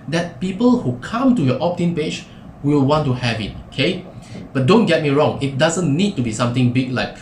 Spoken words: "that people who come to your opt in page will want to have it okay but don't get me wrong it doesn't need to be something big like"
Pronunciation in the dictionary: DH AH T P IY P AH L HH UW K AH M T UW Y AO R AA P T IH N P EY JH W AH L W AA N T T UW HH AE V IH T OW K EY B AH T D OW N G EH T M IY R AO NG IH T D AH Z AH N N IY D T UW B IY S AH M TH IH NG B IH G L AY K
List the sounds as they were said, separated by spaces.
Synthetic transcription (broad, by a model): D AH T P IY P AH L HH UW K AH M T UW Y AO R AA P T IH N P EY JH W AH L W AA N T T UW HH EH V IH T OW K EY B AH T D OW N G EH T M IY R AO NG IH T D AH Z AH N N IY D T UW B IY S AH M T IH NG B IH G L AY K